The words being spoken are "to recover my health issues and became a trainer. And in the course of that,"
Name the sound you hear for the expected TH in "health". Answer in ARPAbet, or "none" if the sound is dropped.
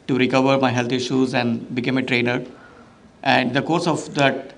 T